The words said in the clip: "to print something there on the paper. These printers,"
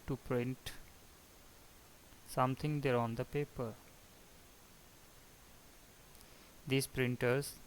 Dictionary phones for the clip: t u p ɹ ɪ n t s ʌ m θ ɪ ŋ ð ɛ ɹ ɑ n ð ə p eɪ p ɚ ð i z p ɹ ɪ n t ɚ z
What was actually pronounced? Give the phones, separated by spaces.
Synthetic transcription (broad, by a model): t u p ɹ ɪ n t s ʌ m t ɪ ŋ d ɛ ɹ ɑ n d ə p eɪ p ɚ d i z p ɹ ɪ n t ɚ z